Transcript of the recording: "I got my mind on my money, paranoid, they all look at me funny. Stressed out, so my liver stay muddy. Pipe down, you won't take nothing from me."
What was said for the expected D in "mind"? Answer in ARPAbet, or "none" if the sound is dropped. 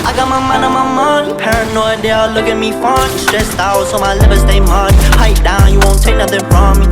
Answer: none